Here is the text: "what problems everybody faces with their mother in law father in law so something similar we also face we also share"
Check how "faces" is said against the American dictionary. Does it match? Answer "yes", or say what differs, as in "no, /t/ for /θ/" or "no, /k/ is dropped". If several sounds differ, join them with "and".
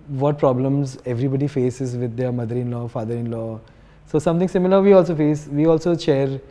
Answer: yes